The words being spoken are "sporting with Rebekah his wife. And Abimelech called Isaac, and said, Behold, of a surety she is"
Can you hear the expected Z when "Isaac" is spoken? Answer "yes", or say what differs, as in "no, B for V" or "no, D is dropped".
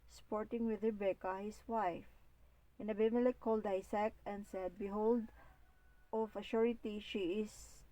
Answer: no, S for Z